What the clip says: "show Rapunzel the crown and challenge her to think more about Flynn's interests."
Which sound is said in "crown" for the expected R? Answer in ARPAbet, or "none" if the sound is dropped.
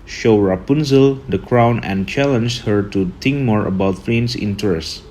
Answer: R